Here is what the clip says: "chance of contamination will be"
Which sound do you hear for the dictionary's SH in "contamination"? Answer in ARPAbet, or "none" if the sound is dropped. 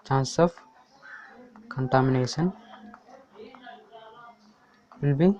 S